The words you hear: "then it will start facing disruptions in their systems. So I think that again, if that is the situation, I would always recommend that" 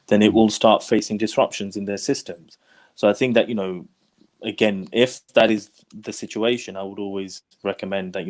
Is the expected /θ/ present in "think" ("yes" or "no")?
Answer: yes